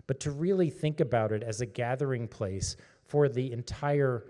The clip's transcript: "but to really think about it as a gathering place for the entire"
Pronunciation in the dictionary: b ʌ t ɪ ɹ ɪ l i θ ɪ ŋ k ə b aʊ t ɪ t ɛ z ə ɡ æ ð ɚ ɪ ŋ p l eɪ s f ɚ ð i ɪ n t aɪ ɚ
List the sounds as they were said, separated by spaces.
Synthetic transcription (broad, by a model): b ʌ t ɪ ɹ ɪ l i θ ɪ ŋ k ə b aʊ t ɪ t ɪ z ə ɡ æ ð ɚ ɪ ŋ p l eɪ s f ɚ ð i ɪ n t aɪ ɚ